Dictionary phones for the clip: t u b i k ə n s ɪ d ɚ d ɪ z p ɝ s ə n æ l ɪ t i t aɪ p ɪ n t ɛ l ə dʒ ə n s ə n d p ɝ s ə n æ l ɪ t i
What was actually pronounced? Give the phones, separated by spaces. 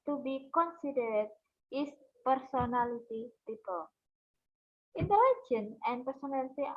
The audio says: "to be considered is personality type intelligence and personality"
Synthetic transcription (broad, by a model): t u b i k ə n s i d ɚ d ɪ s p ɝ s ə n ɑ l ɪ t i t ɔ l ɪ n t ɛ l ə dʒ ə n ə n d p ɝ s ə n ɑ l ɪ t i